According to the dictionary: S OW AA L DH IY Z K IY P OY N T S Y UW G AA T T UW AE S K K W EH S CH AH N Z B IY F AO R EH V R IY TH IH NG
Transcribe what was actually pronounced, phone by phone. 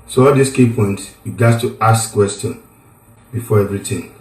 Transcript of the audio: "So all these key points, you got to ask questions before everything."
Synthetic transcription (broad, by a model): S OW AA L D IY S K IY P OY N T S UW G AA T T UW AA S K K W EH S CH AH N B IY F AO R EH V R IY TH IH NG